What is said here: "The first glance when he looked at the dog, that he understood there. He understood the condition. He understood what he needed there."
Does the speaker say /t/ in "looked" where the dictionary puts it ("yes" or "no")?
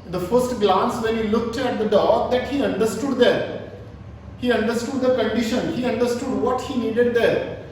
yes